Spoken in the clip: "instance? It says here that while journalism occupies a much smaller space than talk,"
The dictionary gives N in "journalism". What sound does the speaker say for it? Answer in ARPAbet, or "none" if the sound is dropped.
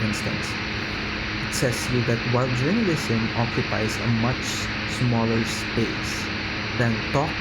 none